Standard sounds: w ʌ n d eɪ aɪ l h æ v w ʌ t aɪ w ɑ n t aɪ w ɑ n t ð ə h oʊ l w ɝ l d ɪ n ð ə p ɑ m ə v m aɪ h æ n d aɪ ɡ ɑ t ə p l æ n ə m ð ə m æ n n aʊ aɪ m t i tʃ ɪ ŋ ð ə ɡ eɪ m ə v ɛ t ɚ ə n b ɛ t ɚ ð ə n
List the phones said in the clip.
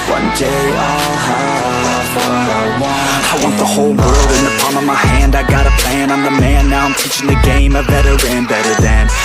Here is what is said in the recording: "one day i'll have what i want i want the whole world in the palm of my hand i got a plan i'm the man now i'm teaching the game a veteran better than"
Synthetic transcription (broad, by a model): w ʌ n d eɪ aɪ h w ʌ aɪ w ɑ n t aɪ w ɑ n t ð ə h oʊ l w ɝ l d ɪ n ð ə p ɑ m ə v m aɪ h æ n d aɪ ɡ ɑ t ə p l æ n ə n ð ə m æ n n aʊ aɪ m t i tʃ ɪ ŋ ð ə ɡ eɪ m ə b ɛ t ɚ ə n b ɛ t ɚ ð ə n